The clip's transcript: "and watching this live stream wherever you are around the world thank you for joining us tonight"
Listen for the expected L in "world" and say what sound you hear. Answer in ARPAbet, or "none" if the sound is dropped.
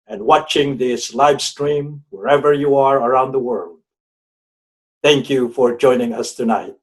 L